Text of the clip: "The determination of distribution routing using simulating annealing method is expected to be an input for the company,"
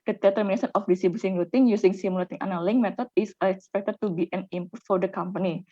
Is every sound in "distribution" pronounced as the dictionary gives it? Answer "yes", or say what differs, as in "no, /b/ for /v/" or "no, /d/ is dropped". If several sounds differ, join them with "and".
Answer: no, /s/ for /ʃ/